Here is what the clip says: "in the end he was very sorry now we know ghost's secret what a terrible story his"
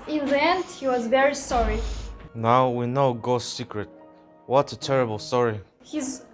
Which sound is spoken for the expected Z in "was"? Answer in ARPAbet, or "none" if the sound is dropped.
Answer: Z